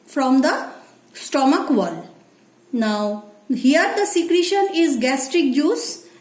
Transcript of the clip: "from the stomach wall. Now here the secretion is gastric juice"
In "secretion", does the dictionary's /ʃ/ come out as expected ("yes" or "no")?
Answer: yes